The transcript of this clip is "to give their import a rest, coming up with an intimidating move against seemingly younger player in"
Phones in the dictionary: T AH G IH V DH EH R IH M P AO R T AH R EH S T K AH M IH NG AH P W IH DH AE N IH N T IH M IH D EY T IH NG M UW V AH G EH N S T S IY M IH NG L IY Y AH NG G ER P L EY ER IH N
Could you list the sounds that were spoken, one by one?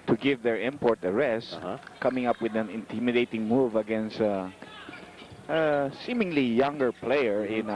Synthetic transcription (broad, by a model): T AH G IH V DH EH R IH M P AO R T AH R EH S T K AH M IH NG AH P W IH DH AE N IH N T IH M IH D EY T IH NG M UW V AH G EH N S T S IY M IH NG L IY Y AH NG G ER P L EY ER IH N